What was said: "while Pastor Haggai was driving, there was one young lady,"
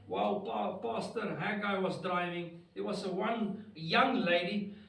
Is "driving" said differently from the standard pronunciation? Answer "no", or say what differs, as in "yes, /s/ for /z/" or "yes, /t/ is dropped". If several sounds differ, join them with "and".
no